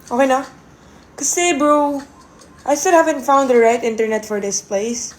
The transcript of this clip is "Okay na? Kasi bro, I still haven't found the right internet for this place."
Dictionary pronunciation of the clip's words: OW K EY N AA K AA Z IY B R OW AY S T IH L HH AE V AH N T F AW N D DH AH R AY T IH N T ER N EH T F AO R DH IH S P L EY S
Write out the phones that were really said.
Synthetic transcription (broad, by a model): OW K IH N AA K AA S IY B R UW AY S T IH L HH AE V AH N T F AW N D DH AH R AY T IH N T ER N EH T F AO R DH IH S P L EY S